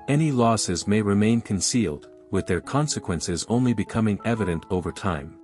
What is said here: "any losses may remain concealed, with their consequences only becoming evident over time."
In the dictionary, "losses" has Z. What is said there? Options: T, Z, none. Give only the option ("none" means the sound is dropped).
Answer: Z